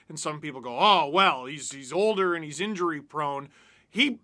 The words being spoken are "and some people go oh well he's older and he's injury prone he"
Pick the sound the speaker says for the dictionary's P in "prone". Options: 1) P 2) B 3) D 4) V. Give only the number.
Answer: 1